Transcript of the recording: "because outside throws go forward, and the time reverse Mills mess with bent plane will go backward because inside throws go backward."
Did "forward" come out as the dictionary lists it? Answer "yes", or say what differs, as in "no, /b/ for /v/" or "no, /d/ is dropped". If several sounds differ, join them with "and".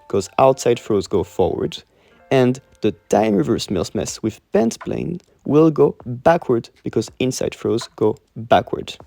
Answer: yes